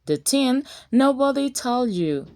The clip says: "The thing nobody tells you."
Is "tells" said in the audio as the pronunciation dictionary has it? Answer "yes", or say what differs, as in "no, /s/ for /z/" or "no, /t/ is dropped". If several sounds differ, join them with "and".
no, /z/ is dropped